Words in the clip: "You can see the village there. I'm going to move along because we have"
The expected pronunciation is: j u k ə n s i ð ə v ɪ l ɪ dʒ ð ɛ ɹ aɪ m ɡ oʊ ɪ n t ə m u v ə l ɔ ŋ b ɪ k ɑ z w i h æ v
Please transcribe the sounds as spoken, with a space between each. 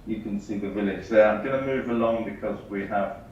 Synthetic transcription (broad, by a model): j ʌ k ə n s i ð ə v ɪ l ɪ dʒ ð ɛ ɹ aɪ m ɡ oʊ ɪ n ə m u v ə l ɔ ŋ b ɪ k ɑ z w i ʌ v